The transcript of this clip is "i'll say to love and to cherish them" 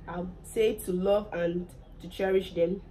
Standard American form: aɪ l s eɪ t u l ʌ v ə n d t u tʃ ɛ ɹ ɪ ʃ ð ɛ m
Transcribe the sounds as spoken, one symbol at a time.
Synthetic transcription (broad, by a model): aɪ s eɪ t u l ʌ v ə n t u tʃ ɛ ɹ ɪ ʃ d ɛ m